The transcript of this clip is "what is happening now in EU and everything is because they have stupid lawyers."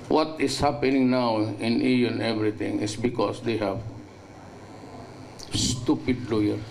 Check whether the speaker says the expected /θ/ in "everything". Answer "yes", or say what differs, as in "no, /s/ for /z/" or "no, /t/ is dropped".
no, /t/ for /θ/